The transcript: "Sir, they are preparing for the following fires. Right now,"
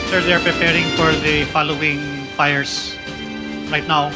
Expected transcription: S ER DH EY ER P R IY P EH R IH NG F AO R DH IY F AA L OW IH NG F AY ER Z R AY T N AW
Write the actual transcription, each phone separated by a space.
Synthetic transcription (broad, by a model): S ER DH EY ER P R IY P EH R IH NG F AO R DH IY F AA L OW IH NG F AY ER S R AY T N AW